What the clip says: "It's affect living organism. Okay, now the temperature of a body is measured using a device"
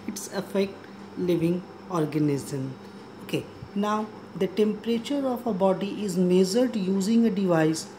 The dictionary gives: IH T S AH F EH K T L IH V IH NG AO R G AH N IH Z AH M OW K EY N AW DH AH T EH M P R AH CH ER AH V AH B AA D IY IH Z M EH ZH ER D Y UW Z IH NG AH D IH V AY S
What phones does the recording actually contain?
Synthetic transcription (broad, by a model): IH T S AH F EH K T L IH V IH NG AO R G AH N IH Z AH M OW K EY N AW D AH T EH M P R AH CH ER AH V AH B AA D IY IH Z M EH Z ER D Y UW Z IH NG AH D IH V AY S